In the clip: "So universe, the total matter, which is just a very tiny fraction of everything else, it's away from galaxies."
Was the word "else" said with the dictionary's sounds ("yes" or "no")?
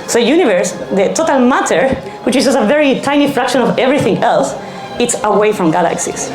yes